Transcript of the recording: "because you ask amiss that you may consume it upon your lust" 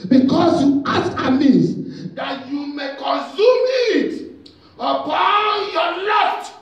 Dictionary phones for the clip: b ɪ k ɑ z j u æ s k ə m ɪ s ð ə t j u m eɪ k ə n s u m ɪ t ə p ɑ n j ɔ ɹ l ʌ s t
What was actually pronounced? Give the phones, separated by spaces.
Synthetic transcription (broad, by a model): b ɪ k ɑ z j u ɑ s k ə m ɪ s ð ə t j u m eɪ k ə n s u m ɪ t ə p ɑ n j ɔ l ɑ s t